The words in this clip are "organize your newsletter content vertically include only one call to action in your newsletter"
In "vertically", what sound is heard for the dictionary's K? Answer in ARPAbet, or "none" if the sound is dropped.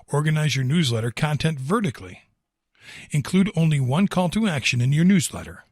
K